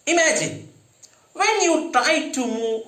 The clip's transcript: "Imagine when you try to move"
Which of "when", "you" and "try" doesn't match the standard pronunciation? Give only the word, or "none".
try